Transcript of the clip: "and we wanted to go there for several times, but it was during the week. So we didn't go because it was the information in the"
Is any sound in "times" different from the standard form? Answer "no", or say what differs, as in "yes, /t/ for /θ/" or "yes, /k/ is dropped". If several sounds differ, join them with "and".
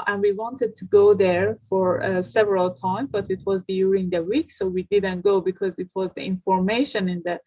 yes, /z/ is dropped